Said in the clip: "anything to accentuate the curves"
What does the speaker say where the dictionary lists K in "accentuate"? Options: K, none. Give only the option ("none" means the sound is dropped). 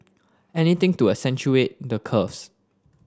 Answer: none